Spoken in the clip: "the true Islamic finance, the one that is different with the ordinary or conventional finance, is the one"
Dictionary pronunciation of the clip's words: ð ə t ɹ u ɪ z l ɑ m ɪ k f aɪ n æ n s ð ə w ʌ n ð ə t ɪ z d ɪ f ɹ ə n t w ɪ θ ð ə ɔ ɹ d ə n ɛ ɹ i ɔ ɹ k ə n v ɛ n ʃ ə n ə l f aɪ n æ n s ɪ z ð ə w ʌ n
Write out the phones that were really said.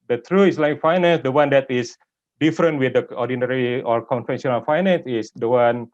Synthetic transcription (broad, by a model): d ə t ɹ u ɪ s l ɑ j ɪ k f aɪ n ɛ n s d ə w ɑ n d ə t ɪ s d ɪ f ɹ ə n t w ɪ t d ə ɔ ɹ d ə n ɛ ɹ i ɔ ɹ k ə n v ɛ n s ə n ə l f aɪ n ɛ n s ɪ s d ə w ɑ n